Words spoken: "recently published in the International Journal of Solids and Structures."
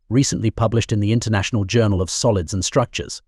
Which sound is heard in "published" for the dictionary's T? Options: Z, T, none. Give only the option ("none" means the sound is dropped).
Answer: T